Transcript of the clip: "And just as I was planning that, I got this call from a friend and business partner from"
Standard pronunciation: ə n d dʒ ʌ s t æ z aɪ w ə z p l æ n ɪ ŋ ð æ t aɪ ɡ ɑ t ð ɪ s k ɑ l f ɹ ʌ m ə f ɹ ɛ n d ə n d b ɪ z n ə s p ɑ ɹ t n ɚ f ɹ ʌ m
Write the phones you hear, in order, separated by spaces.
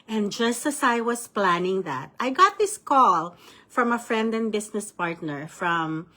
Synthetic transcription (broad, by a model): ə n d dʒ ʌ s t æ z aɪ w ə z p l æ n ɪ ŋ ð æ t aɪ ɡ ɑ t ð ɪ s k ɑ l f ɹ ʌ m ə f ɹ ɛ n d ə n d b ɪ s n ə s p ɑ ɹ t n ɚ f ɹ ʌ m